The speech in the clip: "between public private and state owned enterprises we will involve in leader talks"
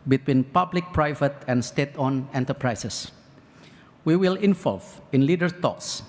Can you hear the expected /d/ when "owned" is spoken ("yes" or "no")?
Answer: no